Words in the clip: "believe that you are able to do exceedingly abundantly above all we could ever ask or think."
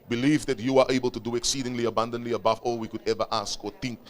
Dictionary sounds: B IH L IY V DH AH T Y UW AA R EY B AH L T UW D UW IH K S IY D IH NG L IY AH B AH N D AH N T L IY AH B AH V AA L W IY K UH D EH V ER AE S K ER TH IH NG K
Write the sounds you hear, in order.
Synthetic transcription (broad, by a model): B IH L IY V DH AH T Y UW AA R EY B AH L T UW D UW IH K S IY D IH NG L IY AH B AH N D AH N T L IY AH B AH V AA L W IY K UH D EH V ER AE S K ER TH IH NG K